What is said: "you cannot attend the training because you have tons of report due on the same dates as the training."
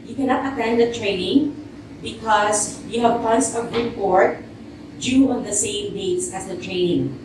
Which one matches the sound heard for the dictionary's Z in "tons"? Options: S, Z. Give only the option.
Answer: S